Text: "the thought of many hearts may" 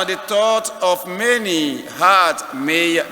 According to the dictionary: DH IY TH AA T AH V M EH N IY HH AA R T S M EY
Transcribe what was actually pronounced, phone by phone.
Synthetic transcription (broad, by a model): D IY T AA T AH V M EH N IY HH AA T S M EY